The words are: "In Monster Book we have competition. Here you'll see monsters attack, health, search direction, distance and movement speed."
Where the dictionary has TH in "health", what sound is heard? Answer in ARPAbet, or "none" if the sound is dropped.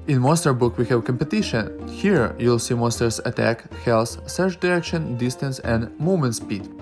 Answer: S